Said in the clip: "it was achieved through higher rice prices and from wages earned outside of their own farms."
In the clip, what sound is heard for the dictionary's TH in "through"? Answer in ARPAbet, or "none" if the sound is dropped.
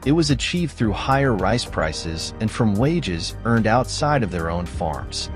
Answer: TH